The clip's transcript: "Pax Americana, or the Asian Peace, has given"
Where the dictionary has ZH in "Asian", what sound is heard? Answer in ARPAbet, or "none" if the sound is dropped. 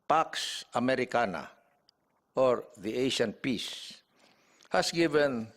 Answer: SH